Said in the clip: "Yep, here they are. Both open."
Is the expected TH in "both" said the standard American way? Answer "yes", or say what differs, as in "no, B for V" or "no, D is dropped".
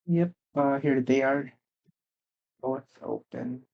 no, S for TH